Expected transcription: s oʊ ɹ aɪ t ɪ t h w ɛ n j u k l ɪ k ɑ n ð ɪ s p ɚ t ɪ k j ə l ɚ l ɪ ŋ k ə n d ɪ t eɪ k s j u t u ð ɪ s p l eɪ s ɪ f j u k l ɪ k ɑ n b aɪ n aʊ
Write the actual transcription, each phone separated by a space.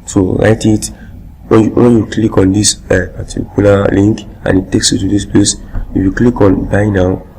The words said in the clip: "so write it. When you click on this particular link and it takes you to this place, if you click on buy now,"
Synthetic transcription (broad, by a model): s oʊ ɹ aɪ t ɪ t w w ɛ n j u k l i k ɑ n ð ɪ s p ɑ t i k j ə l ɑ l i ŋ k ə n ɪ t eɪ k s j u t u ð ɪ s p l eɪ s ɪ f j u k l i k ɑ n b aɪ n aʊ